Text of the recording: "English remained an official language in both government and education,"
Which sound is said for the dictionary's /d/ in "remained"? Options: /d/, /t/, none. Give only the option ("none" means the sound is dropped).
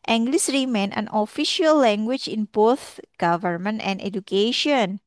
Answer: none